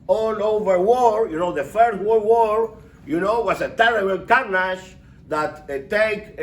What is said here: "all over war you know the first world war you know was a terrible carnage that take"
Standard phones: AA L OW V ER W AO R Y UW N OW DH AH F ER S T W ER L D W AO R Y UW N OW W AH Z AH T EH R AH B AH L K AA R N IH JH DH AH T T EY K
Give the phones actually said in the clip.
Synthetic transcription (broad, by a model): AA L OW V ER W AO R Y UW N OW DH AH F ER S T W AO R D W AO R Y UW N OW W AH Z AH T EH R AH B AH L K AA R N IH SH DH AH T T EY K